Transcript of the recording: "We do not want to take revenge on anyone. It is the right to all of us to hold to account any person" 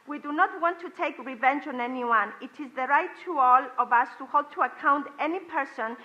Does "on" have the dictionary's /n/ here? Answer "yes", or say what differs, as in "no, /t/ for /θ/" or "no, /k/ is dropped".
yes